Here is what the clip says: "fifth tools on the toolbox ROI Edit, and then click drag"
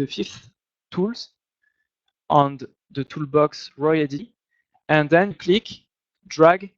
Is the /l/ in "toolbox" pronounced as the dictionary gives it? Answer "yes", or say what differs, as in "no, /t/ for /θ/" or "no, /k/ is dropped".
yes